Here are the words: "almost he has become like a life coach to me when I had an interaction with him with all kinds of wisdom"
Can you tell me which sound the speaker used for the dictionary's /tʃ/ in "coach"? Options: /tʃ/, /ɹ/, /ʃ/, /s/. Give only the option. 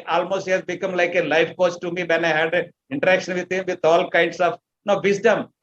/s/